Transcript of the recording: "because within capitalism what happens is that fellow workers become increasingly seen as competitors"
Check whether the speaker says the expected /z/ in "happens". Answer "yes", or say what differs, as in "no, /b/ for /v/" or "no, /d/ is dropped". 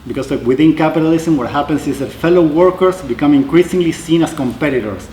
no, /s/ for /z/